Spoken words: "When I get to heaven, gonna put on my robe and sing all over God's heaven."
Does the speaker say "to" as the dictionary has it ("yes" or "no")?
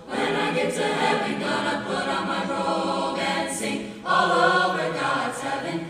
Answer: no